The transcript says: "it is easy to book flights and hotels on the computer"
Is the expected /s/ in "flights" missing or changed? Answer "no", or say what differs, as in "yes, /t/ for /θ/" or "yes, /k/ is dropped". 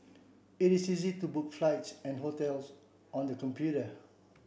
no